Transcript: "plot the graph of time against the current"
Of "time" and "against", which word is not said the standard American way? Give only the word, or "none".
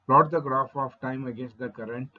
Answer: none